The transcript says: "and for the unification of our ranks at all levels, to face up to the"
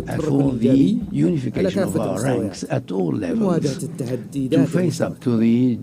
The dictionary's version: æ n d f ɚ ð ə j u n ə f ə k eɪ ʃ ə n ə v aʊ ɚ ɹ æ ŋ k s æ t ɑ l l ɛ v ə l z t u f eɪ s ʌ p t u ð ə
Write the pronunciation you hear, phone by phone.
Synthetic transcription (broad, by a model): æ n f ɚ ð ə j u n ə f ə k eɪ ʃ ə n ə v aʊ ɚ ɹ æ ŋ k s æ t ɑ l l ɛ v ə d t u f eɪ s ʌ p t u ð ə